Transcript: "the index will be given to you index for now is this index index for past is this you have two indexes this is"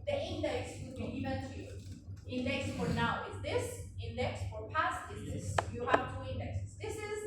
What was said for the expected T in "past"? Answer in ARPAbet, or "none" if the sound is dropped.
T